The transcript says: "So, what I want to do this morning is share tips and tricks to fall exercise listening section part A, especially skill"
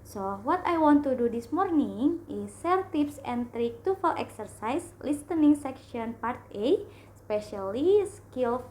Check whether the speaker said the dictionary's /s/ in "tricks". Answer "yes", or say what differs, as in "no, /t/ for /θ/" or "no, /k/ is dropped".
no, /s/ is dropped